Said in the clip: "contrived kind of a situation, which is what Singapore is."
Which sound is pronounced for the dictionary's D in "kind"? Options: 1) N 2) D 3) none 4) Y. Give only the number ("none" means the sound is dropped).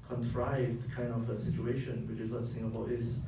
3